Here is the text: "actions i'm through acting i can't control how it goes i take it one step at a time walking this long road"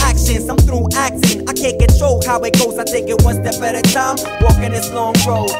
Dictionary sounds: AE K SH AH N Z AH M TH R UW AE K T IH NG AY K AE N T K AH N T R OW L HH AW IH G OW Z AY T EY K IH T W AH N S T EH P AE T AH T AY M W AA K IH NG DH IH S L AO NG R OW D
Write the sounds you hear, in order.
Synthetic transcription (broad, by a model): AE K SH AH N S AH M TH R UW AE K S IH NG AY K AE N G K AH T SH OW HH AW IH G OW Z AY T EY K IH T W AH N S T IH B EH T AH T AY M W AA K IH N DH IH S L AO NG R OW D